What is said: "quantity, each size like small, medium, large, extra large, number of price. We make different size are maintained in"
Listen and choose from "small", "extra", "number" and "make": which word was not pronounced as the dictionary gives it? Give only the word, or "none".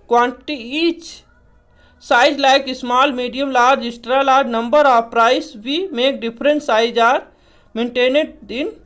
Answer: extra